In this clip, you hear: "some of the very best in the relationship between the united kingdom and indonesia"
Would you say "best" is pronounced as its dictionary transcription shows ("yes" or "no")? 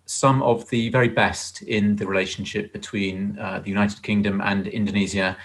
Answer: yes